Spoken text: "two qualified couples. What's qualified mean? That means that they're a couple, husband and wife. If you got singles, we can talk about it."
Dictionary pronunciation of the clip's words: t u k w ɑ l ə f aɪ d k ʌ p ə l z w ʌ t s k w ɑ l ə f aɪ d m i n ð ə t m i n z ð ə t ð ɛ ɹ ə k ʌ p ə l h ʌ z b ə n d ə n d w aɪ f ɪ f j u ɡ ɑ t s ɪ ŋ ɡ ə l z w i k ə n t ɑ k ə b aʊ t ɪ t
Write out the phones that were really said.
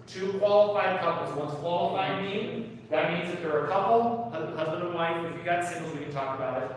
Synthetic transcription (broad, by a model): t u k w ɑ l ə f aɪ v k ʌ p l z w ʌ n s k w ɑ l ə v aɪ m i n ð ə t m i n z ð ə t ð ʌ ɹ ə k ʌ p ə h ʌ z b ə n d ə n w aɪ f ɪ f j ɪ ɡ ɑ t s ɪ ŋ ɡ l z w i k ə n t ɑ k ə b aʊ t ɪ t